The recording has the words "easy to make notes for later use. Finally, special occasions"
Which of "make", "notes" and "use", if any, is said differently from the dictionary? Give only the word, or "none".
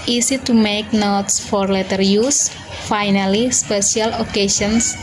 none